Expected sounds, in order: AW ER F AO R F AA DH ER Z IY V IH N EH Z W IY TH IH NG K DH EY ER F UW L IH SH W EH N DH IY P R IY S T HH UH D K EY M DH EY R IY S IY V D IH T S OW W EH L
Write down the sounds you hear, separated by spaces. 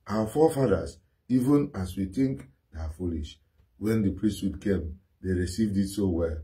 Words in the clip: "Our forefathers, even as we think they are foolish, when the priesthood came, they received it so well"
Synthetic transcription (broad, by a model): AW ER F AO F AA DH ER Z IY V IH N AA S W IY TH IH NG K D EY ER F UW L IH SH W EH N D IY P R IY S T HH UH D K EY M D EY R IY S IY V D IH T S OW W EH L